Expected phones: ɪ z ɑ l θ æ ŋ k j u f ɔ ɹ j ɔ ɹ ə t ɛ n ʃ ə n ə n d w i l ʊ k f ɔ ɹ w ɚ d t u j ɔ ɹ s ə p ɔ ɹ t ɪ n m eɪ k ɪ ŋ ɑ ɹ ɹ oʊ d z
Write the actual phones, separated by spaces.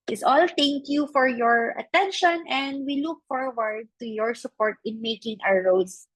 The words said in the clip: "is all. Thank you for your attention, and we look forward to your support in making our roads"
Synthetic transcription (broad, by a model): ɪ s ɑ l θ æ ŋ k j u f ɔ ɹ j ɔ ɹ ə t ɛ n ʃ ə n ə n d w i l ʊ k f ɔ ɹ w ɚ d t u j ɔ ɹ s ə p ɔ ɹ t ɪ n m eɪ k ɪ ŋ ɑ w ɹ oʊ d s